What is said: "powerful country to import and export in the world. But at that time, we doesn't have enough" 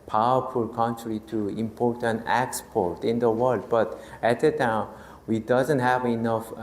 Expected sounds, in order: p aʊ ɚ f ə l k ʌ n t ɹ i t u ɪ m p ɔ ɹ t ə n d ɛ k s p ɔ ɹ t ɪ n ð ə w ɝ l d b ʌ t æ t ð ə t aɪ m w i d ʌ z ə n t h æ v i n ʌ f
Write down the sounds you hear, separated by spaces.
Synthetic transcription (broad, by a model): p aʊ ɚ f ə l k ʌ n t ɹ i t u ɪ m p ɔ ɹ t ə n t ɛ k s p ɔ ɹ t ɪ n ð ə w ɝ l d b ʌ t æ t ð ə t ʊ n w i d ʌ z ə n t h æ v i n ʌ f